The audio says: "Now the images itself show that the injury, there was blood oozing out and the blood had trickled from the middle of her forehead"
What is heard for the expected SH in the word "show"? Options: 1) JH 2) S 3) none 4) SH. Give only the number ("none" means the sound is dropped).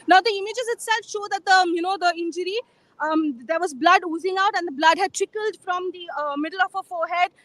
4